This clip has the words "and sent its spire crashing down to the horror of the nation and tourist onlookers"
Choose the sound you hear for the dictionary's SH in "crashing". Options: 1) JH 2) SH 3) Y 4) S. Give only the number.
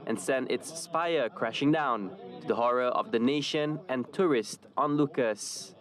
2